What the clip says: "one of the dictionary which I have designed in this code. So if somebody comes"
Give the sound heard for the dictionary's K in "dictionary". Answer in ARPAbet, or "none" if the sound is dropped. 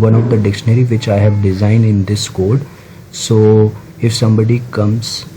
K